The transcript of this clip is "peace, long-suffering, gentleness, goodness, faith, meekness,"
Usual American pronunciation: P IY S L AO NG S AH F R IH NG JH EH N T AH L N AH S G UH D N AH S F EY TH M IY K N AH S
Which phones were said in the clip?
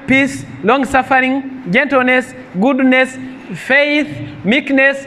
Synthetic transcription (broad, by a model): P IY S L AO NG S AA F R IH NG JH EH N T AH L N AH S G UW D N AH S F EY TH M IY K N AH S